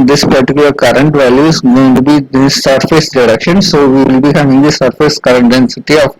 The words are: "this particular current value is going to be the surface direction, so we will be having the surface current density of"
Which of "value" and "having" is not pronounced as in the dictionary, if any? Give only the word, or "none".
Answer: none